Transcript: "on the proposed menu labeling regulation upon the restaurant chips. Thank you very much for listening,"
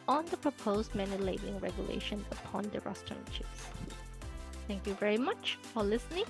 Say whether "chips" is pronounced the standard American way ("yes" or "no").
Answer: no